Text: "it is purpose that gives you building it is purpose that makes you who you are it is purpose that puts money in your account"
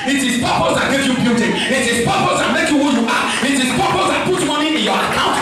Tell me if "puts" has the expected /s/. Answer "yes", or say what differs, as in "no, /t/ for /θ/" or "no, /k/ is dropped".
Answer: no, /s/ is dropped